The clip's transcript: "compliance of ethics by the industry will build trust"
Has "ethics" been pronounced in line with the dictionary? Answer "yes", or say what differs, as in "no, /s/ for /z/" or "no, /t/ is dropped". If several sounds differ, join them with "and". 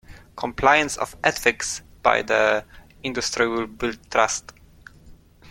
no, /f/ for /θ/